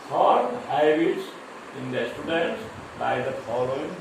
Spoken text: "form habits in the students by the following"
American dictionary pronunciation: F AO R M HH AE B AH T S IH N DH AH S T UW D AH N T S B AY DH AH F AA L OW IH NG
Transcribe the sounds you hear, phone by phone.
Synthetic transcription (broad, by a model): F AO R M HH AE AH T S IH N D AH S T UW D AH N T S B AY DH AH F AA L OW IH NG